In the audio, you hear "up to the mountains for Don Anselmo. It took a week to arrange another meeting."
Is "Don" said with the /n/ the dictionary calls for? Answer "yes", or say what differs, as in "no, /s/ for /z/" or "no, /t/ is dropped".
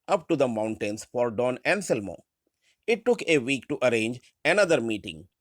yes